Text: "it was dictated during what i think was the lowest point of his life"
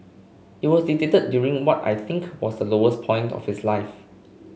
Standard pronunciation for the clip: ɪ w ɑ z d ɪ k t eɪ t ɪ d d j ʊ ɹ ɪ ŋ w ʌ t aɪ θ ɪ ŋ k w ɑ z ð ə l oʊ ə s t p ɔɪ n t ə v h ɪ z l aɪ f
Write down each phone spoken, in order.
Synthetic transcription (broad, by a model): ɪ w ɑ s d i t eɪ t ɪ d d j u ɹ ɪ ŋ w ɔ t aɪ θ ɪ ŋ k w ɑ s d ə l oʊ ə s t p ɔɪ n t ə f h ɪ s l aɪ f